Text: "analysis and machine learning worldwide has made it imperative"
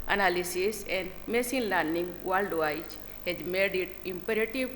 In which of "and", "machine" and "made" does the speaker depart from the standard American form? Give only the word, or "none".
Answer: machine